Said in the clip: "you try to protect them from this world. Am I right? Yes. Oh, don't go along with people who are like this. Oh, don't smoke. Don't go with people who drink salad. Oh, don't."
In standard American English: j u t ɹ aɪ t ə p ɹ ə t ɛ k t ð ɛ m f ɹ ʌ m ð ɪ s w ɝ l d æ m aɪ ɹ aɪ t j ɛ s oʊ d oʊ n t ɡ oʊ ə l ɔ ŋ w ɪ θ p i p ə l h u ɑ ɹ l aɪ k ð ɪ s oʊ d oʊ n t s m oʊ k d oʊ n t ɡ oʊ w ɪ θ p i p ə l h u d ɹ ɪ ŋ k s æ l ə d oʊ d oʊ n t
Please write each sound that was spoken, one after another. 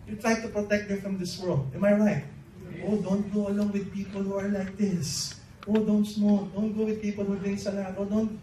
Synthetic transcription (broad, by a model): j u t ɹ aɪ t ə p ɹ ə t ɛ k t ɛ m f ɹ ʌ m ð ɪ s w ɝ l d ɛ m aɪ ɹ aɪ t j oʊ d oʊ n t ɡ oʊ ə l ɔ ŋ w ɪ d p i p ə l h u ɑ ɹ l aɪ k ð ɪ s oʊ d oʊ n t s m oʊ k d oʊ n t ɡ oʊ w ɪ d p i p ə l h u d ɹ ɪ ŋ s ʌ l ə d oʊ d oʊ n t